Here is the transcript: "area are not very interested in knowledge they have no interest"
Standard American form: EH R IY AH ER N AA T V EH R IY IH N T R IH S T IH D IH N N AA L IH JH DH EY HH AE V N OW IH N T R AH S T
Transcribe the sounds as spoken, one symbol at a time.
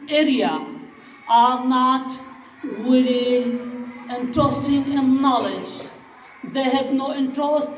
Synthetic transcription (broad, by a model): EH R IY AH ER N AA T W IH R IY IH N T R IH S T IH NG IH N N AA L IH JH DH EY HH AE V N OW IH N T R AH S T